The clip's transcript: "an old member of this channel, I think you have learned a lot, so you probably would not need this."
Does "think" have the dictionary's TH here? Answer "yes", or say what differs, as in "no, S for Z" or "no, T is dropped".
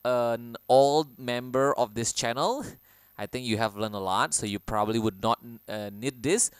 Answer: no, T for TH